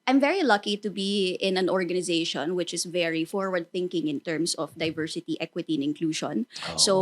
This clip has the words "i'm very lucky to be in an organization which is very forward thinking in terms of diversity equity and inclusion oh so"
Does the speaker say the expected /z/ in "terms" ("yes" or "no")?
no